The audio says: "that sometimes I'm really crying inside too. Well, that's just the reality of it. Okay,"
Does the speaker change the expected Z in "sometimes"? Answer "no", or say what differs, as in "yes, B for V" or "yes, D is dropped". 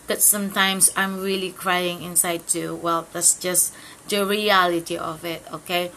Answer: yes, S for Z